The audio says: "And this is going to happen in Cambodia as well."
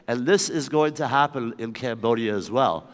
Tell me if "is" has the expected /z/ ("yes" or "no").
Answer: yes